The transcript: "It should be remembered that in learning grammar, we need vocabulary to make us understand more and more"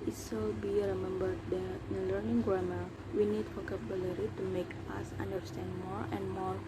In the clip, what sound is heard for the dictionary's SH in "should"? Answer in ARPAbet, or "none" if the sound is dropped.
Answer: S